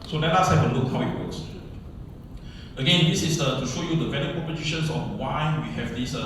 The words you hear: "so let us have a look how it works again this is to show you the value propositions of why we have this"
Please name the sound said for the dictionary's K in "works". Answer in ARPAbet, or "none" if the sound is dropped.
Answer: none